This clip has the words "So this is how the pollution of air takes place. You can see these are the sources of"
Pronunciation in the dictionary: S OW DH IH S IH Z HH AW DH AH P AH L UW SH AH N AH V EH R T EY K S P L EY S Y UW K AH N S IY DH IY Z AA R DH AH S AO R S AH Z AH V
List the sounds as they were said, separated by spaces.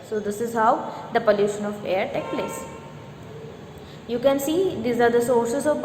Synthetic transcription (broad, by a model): S OW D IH S IH Z HH AW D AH P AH L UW SH AH N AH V EH R T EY K P L EY S Y UW K AH N S IY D IY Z AA R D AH S AO R S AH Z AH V